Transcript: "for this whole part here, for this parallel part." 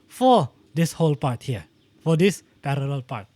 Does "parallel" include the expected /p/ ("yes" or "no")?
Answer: yes